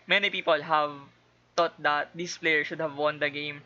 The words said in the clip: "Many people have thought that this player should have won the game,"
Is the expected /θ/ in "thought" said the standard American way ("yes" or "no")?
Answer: no